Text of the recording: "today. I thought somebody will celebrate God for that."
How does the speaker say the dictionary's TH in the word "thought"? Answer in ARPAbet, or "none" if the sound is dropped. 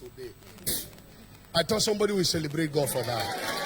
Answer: T